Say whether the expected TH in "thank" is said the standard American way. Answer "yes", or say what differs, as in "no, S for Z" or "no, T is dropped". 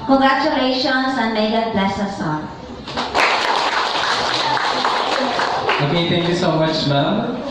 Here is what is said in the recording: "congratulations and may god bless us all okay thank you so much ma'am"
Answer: no, T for TH